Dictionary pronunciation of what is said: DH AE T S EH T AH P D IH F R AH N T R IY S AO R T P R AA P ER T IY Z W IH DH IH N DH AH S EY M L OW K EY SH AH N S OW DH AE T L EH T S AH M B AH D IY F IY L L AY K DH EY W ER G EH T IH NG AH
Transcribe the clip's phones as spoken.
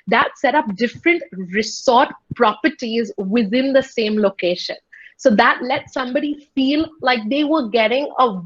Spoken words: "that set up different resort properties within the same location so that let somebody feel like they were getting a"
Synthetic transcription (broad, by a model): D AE T S EH T AH P D IH F R AH N T R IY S AO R T P R AA P ER T IY Z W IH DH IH N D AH S EY M L OW K EY SH AH N S OW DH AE T L EH T S AH M B AH D IY F IY L L AY K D EY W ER G EH T IH NG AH